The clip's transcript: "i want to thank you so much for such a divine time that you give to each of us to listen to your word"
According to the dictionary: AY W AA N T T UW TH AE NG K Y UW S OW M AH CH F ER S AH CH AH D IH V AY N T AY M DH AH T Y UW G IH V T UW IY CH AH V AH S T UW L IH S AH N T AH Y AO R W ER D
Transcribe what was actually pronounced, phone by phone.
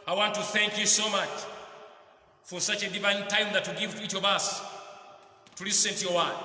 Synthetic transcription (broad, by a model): AY W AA N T T UW TH AE NG K Y UW S OW M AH CH F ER S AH CH AH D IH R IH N T AY M DH AH T Y UW G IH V T UW IY CH AH V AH S T UW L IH S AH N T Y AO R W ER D